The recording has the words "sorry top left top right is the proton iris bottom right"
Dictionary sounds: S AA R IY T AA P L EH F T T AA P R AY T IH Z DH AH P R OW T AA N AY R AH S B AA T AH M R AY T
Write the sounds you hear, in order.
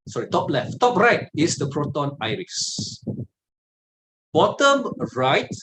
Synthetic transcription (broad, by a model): S AA R IY T AA P L EH F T T AA P R AY T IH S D AH P R OW T AA N AY R AH S B AA T AH M R AY T